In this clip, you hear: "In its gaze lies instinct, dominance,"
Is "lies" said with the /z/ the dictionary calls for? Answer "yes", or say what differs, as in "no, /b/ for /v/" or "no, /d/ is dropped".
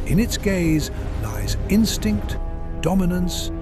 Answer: yes